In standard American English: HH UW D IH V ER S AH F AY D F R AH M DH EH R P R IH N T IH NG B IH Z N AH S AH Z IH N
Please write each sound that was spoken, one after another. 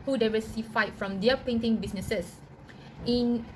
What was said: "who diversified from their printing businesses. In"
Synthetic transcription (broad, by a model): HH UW D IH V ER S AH F AY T F R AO M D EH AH P EH N T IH NG B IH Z N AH S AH S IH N